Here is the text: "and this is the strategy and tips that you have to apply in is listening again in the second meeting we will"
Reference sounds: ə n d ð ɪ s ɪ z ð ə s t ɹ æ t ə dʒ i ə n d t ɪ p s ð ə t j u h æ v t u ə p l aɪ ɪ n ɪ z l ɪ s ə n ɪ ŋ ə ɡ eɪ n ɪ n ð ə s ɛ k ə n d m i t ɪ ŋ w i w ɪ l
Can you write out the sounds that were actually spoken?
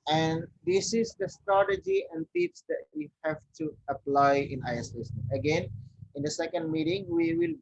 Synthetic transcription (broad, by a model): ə n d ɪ s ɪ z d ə s t ɹ æ t ə dʒ i ə n d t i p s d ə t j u h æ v t u ə p l aɪ ɪ n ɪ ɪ ə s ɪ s ə ɡ eɪ n ɪ n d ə s ɛ k ə n d m i t ɪ ŋ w i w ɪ l